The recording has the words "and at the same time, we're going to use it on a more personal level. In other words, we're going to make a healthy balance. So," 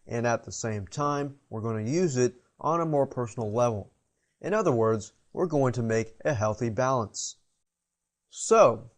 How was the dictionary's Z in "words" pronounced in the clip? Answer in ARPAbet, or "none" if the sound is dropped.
Z